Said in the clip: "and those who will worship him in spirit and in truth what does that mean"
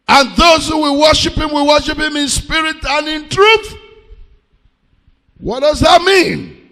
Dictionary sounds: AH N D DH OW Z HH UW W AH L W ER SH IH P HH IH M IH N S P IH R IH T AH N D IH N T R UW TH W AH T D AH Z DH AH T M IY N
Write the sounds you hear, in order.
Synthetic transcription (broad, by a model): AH N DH OW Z HH UW W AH W W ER SH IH P HH IH M IH N S P IH R IH T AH N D IH N T R UW TH W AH T D AH Z DH AH T M IY N